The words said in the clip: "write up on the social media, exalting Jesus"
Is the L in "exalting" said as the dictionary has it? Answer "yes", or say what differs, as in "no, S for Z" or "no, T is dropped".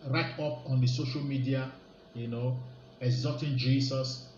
no, L is dropped